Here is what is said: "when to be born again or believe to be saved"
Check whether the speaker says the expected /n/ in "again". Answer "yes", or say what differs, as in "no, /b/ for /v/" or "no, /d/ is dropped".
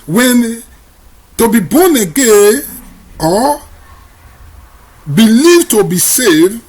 no, /n/ is dropped